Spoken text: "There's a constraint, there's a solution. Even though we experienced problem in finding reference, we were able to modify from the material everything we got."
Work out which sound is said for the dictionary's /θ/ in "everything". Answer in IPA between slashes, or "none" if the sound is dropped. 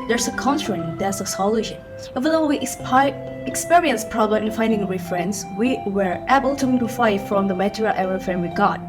/f/